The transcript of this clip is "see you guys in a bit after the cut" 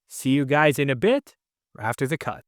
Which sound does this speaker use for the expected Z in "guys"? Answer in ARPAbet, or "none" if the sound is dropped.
Z